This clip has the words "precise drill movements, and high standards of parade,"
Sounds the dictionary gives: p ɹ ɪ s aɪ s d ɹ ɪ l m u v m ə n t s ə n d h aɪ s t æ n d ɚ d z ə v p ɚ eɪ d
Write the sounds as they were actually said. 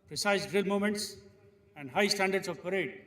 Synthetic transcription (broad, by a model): p ɹ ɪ s aɪ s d ɹ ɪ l m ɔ m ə n t s ə n d h aɪ s t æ n d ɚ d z ə v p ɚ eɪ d